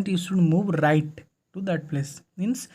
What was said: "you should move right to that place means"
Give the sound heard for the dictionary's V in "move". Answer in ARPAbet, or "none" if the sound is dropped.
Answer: V